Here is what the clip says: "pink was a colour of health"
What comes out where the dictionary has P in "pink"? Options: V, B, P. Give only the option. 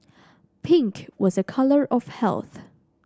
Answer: P